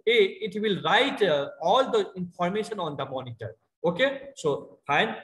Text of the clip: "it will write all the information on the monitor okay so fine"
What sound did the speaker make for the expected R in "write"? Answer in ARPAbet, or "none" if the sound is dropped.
R